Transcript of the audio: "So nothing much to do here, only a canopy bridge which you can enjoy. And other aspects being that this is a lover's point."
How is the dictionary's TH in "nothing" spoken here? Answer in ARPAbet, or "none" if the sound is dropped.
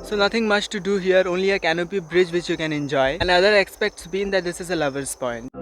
T